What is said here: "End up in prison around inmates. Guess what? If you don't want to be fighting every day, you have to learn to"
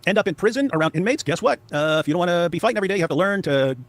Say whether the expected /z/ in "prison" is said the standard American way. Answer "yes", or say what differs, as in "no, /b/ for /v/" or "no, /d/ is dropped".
yes